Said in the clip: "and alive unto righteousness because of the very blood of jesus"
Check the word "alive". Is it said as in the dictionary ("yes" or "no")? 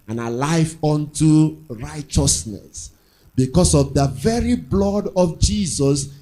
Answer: no